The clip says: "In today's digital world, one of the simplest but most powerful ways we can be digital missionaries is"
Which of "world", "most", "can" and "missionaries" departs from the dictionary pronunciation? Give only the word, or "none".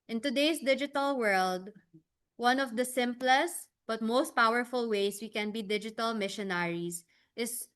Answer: missionaries